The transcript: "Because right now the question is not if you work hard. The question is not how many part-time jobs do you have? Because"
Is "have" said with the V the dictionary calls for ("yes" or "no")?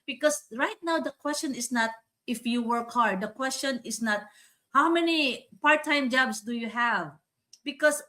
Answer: yes